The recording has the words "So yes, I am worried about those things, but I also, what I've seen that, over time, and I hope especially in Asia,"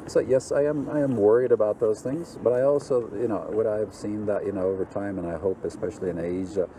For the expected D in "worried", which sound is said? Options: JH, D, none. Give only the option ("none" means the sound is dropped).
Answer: D